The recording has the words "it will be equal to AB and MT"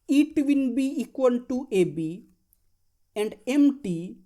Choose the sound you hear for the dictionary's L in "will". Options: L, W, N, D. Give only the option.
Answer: N